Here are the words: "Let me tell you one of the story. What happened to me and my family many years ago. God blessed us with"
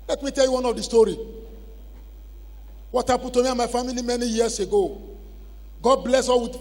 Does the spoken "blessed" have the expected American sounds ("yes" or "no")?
no